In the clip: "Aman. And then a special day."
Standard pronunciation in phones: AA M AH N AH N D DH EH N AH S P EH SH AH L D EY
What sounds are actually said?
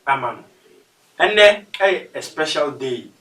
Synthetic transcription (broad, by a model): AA M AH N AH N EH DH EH AH S P EH SH AH L D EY